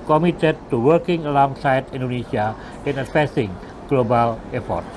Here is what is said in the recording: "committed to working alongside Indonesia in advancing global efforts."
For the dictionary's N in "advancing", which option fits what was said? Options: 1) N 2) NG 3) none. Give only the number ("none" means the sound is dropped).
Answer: 3